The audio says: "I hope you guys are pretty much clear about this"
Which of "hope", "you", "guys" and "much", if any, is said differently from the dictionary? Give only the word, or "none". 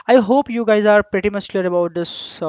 much